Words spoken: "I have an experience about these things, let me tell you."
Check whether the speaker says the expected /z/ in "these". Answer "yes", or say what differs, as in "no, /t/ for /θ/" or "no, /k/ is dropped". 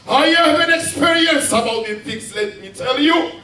no, /z/ is dropped